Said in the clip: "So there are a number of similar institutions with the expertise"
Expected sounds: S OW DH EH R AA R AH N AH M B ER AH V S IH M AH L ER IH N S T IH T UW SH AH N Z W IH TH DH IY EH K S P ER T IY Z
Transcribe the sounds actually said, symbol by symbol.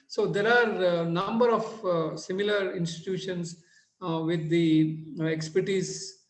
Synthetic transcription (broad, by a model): S OW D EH R AA R N AH M B ER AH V S IH M AH L ER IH N S T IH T UW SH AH N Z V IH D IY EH K S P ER T IY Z